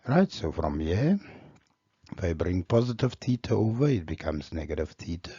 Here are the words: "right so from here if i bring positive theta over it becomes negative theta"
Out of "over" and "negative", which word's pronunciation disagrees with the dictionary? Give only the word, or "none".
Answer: none